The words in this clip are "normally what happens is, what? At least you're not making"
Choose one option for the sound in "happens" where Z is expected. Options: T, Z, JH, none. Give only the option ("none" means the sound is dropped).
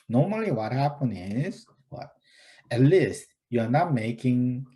none